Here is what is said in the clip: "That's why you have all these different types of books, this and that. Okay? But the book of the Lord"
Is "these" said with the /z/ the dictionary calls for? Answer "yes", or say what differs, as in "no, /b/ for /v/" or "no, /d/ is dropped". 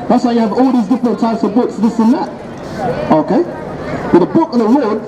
yes